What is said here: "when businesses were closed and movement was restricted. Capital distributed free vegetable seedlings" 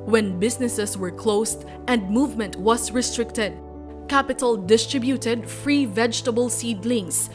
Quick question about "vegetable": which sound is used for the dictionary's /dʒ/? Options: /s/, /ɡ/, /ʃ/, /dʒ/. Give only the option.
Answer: /dʒ/